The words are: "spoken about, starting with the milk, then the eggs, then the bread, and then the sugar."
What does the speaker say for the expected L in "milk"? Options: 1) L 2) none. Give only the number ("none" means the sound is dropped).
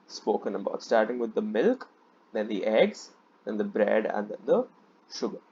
1